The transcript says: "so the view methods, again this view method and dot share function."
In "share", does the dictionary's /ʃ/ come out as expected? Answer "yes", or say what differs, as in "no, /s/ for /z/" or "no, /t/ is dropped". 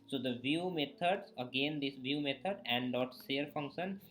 no, /s/ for /ʃ/